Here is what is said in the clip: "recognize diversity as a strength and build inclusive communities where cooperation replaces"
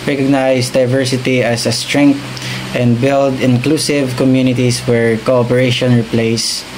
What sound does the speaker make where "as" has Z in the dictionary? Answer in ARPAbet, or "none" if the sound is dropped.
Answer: S